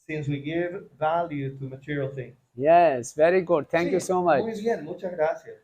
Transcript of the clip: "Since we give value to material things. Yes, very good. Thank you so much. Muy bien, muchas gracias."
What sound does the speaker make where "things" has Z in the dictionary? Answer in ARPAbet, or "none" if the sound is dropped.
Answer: none